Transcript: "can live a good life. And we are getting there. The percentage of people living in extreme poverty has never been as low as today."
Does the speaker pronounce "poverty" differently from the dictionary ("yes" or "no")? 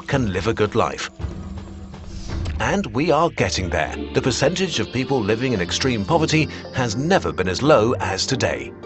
no